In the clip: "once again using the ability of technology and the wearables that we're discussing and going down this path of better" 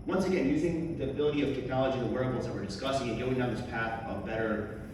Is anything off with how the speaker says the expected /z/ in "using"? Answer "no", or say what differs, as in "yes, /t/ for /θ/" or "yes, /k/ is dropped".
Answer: no